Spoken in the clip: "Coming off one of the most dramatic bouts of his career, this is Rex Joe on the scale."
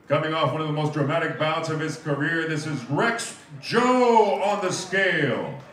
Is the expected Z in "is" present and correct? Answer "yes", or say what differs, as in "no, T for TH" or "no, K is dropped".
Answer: yes